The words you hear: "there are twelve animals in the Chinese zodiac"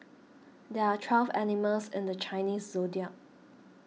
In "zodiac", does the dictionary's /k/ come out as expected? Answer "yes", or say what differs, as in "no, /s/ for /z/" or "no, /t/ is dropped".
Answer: no, /k/ is dropped